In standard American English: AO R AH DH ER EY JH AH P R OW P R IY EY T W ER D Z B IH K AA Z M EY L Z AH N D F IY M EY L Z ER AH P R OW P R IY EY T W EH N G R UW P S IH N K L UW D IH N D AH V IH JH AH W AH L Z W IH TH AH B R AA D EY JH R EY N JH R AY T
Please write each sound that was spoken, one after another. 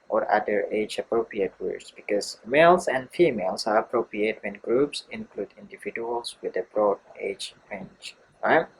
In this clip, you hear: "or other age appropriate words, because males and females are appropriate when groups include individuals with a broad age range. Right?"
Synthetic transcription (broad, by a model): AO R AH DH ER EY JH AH P R OW P R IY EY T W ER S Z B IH K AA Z M EY L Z AH N D F IY M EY L S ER AH P R OW P R IY EY T W EH N G R UW P S IH N K L UW D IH N D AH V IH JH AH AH L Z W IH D AH B R AA D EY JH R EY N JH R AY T